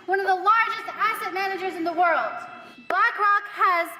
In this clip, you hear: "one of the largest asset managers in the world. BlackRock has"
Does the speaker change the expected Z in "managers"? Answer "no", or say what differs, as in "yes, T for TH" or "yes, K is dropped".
no